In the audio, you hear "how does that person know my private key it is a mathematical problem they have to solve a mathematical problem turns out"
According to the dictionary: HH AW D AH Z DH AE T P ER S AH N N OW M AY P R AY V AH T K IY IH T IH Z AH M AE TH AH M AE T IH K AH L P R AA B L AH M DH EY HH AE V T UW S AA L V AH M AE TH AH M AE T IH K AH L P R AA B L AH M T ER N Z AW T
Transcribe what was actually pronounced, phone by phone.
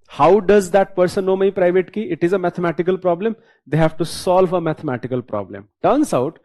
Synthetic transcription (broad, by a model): HH AW D AH Z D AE T P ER S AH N N OW M AY P R AY V AH T K IY IH T IH Z AH M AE T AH M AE T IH K AH L P R AA B L AH M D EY HH AE V T UW S AA L V AH M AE T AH M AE T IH K AH L P R AA B L AH M T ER N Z AW T